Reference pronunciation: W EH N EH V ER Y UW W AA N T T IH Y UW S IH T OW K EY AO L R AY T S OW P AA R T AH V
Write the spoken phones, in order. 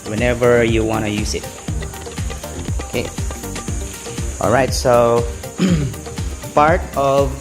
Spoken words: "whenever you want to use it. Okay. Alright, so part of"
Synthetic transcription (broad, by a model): W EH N EH V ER Y UW W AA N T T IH Y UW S IH T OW K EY AO L R AY T S OW P AA R T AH V